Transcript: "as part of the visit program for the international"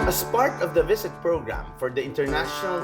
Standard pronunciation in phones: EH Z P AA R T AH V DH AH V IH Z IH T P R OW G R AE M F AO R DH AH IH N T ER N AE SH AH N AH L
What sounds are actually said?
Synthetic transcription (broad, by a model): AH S P AA R T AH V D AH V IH S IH T P R OW G R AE M F AO R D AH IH N T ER N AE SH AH N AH L